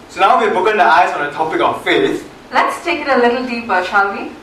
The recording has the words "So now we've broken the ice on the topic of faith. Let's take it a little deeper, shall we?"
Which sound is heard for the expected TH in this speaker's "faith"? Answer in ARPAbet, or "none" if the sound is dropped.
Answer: S